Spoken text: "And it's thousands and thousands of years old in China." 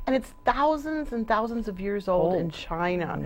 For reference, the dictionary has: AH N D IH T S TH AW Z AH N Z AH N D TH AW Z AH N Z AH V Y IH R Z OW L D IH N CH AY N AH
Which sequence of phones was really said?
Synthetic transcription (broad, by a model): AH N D IH T S TH AW Z AH N Z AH N TH AW Z AH N Z AH V Y IH R Z OW L D IH N CH AY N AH